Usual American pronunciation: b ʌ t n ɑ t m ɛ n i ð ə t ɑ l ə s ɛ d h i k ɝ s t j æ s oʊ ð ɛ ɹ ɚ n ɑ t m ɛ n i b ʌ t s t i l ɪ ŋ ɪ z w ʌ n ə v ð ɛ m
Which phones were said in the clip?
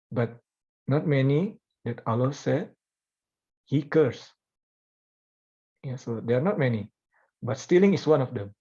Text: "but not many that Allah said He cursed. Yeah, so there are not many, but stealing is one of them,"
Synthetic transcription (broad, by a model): b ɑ t n ɑ t m ɛ n i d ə t ɑ l ə s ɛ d h i k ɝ s j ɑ s oʊ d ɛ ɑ n ɑ t m ɛ n i b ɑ t s t i l ɪ ŋ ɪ s w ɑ n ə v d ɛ m